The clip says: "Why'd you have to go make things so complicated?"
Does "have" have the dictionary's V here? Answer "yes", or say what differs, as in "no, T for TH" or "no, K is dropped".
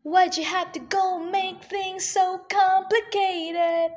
no, F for V